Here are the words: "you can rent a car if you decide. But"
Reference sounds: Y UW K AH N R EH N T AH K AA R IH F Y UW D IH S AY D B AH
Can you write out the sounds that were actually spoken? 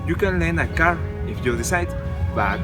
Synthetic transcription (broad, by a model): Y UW K AH N L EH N AH K AA R IH F Y UW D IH S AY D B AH